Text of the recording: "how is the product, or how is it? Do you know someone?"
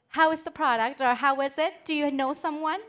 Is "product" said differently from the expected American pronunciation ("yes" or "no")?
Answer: no